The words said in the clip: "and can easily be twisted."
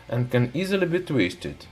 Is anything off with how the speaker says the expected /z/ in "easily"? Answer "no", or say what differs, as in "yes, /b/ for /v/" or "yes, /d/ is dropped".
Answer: no